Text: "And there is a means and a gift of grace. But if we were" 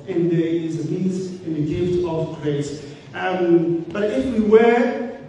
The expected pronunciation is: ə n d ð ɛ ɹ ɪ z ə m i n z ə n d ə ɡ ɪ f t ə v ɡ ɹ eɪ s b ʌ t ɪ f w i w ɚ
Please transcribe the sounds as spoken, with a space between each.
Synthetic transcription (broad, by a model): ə n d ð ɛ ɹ ɪ z ə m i z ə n ə ɡ ɪ f t ə v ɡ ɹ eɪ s b ʌ t ɪ f w i w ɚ